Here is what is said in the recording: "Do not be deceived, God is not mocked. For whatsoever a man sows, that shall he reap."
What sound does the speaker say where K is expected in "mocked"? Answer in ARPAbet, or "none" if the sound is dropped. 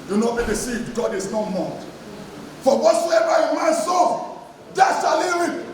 none